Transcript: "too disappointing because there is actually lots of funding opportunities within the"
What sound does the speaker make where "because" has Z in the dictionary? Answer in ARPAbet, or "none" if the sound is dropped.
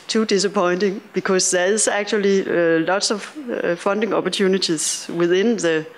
S